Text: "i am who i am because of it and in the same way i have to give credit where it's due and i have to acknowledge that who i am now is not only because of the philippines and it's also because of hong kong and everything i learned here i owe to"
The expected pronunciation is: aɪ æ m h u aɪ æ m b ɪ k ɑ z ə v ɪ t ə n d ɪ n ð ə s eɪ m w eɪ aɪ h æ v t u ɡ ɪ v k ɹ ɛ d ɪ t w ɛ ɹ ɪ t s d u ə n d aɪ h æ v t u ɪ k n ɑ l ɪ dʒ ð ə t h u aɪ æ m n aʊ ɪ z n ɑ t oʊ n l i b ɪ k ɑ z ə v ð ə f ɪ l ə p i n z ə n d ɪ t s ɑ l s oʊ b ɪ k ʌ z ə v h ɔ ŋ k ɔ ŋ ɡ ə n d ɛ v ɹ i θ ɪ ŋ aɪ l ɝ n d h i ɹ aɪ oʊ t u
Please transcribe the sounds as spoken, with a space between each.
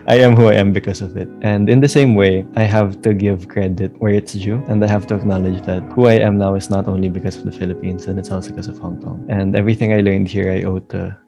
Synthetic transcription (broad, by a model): aɪ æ m h u aɪ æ m b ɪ k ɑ s ə v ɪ t ə n d ɪ n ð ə s eɪ m w eɪ aɪ h æ v t u ɡ ɪ v k ɹ ɛ d ɪ t w ɛ ɹ ɪ t s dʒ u ə n d aɪ h æ v t u ɪ k n ɑ l ɪ dʒ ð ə t h u aɪ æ m n aʊ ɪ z n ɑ t oʊ n l i b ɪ k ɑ s ə v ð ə f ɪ l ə p i n s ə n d ɪ t s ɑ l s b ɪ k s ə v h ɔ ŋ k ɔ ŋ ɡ ə n d ɛ v ɹ i θ ɪ ŋ aɪ l ɝ n d h i ɹ aɪ oʊ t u